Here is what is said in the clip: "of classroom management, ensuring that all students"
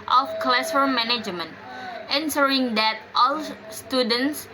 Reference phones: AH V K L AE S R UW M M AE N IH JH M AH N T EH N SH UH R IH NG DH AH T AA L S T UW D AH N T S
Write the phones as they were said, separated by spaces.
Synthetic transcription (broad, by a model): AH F K L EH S AH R M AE N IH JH M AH N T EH N S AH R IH NG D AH T AA L S T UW D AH N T S